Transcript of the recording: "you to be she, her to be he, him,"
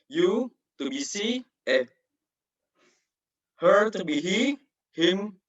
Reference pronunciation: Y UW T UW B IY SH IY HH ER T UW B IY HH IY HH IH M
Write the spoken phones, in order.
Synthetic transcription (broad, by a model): Y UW T UW B IY S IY HH ER T UW B IY HH IY HH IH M